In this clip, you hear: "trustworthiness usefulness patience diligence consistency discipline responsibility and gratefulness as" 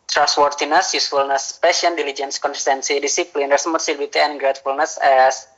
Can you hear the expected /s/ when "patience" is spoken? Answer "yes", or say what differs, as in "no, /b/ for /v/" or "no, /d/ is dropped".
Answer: no, /s/ is dropped